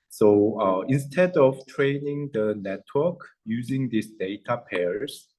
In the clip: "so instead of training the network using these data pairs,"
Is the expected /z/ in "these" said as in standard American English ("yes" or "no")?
no